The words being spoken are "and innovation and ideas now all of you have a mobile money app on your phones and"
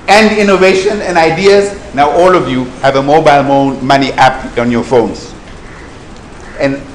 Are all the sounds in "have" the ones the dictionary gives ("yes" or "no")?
yes